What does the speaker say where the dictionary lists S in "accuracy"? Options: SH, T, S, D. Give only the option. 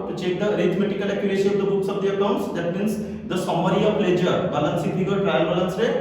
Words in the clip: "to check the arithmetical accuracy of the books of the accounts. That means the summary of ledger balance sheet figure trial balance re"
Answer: SH